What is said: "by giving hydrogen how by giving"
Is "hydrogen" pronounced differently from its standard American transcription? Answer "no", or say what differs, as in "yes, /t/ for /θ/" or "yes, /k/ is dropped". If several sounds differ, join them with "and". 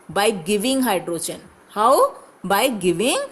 yes, /tʃ/ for /dʒ/